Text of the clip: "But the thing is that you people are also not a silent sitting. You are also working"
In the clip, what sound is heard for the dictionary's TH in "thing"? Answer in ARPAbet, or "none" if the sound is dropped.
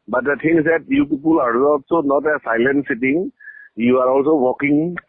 T